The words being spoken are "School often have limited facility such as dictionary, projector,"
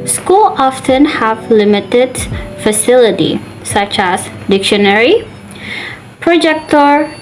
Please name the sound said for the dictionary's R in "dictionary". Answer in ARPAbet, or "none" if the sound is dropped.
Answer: R